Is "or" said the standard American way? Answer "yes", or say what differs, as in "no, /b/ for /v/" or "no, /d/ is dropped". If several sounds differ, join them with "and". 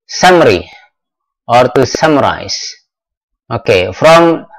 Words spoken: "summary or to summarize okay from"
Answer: yes